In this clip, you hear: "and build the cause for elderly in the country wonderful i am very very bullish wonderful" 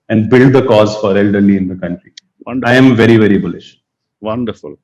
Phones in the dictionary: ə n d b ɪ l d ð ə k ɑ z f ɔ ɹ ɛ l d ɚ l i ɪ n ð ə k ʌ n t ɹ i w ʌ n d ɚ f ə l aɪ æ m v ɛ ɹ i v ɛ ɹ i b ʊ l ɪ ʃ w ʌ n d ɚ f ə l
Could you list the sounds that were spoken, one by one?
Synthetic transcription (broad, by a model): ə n d b ɪ l d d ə k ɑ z f ɔ ɹ ɛ l d ɚ l i ɪ n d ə k ʌ n t ɹ i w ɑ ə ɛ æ m v ɛ ɹ i v ɛ ɹ i b ʊ l ɪ ʃ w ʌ n d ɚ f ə l